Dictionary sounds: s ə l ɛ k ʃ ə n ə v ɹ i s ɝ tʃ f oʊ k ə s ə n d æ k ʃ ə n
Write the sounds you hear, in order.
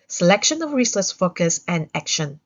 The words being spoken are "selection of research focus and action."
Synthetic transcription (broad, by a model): s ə l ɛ k ʃ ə n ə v ɹ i s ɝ s f oʊ k ə s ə n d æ k ʃ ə n